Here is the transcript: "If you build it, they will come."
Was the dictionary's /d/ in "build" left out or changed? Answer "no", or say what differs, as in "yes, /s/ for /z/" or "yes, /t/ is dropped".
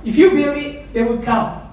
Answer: yes, /d/ is dropped